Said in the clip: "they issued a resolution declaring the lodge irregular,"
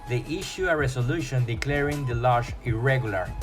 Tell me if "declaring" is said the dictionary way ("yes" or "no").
yes